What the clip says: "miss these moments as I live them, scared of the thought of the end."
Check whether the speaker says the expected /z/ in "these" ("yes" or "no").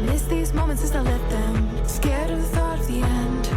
yes